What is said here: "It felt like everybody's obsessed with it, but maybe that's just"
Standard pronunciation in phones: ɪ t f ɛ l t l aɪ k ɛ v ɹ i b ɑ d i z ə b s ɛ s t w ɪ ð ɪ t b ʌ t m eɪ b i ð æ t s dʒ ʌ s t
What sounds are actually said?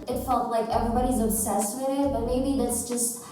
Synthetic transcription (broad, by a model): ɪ t f ɛ l t l aɪ k ɛ v ɹ i b ɑ d i z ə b s ɛ s w ɪ ð ɪ t b ʌ t m eɪ b i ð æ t s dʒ ʌ s t